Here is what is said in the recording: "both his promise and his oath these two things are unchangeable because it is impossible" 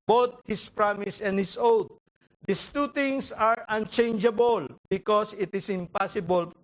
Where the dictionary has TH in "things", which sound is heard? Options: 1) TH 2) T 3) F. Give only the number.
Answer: 2